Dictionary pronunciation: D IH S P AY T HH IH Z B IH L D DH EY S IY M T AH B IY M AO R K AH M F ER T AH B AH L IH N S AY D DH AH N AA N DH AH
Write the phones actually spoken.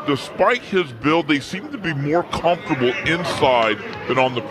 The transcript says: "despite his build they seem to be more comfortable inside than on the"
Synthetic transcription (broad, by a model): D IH S P AY T HH IH Z B IH L DH EY S IY M T AH B IY M AO R K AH M F T AH B L IH N S AY D DH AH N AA N DH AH